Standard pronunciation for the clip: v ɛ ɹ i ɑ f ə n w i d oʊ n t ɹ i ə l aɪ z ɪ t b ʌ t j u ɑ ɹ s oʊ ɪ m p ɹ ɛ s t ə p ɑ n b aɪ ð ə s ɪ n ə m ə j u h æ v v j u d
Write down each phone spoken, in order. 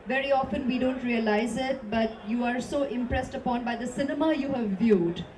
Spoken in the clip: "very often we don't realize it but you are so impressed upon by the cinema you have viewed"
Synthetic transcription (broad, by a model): v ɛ ɹ i ɑ f ə n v i d oʊ n t ɹ i ə l aɪ z ɪ t b ʌ t j u ɑ ɹ s oʊ ɪ m p ɹ ɛ s t ə p ɑ n b aɪ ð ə s ɪ n ə m ə j u h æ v v j u d